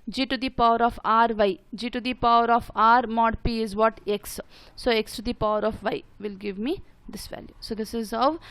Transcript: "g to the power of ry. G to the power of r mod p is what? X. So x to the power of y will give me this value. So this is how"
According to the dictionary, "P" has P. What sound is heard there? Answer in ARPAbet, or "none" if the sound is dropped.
P